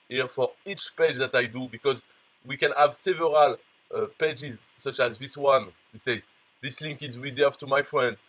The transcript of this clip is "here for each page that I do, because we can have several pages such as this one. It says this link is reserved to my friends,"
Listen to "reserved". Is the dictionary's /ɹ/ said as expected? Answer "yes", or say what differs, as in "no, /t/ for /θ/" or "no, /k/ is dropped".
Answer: no, /w/ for /ɹ/